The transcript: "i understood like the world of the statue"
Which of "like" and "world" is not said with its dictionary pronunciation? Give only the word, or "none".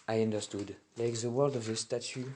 none